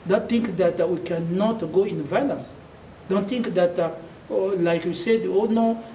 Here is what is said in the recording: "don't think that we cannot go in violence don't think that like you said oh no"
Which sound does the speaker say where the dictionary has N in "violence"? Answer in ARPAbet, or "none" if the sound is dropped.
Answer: none